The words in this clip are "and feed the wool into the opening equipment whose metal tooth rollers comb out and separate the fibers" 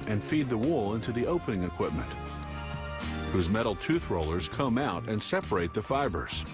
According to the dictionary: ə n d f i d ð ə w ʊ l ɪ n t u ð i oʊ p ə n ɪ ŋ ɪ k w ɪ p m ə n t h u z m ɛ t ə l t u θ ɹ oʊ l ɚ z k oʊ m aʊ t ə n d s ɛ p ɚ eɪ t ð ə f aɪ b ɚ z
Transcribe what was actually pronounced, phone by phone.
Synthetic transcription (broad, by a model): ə n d f i d ð ə w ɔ l ɪ n t u ð i oʊ p ə n ɪ ŋ ɪ k w ɪ p m ə n t h u z m ɛ t l t u θ ɹ oʊ l ɚ z k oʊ m aʊ t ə n s ɛ p ɚ eɪ t ð ə f aɪ b ɚ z